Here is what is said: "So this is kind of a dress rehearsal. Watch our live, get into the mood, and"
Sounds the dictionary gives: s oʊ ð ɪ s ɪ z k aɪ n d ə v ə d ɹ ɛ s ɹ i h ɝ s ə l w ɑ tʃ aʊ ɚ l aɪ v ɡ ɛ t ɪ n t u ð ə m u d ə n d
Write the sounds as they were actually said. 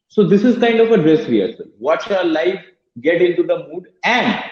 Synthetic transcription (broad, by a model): s oʊ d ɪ s ɪ z k aɪ n d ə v ə d ɹ ɛ s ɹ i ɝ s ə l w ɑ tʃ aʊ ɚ l aɪ f ɡ ɛ t ɪ n t u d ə m u d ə n d